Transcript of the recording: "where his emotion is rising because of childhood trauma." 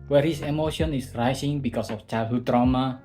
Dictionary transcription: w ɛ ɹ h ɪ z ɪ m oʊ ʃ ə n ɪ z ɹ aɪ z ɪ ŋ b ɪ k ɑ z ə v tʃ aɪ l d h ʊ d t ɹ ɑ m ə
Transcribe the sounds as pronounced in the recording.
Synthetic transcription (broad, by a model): w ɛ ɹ h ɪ s ɪ m oʊ ʃ ə n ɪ s ɹ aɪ s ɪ ŋ b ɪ k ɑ s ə f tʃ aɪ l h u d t ɹ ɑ m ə